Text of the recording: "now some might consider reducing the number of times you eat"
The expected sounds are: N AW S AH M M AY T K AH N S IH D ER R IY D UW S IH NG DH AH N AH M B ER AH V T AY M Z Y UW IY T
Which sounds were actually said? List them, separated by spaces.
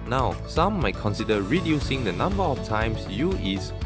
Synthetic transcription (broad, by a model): N AW S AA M M AY T K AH N S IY D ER R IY D UW S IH NG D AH N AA M B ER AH F T AY M S Y UW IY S